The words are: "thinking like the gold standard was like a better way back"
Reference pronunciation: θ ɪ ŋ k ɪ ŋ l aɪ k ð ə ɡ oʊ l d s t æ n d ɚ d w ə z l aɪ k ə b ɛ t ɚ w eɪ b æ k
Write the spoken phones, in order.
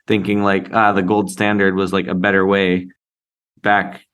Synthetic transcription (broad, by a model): θ ɪ ŋ k ɪ ŋ l aɪ k ð ə ɡ oʊ l d s t æ n d ɚ d w ə z l aɪ k ə b ɛ t ɚ w eɪ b æ k